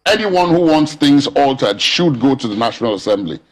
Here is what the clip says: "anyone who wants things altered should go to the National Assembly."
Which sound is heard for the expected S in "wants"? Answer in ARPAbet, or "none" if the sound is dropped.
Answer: S